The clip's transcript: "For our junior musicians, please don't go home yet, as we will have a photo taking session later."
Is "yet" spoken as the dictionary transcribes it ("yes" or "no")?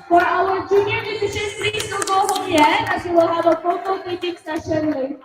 no